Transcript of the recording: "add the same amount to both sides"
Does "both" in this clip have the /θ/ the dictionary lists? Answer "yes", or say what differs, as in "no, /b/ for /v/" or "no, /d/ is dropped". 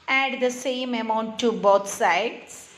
no, /t/ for /θ/